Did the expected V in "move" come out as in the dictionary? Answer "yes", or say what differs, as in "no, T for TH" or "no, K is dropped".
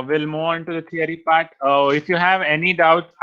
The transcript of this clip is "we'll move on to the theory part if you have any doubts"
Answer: no, V is dropped